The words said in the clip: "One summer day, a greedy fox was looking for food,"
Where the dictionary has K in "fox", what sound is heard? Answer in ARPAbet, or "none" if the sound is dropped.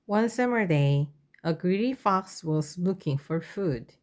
K